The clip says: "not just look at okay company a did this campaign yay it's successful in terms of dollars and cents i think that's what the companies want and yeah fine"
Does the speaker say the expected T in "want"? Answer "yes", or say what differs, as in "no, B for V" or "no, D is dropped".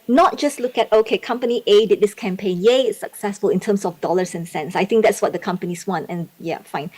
yes